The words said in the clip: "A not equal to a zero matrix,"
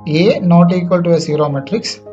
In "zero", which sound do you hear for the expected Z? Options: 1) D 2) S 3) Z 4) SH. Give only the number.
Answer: 2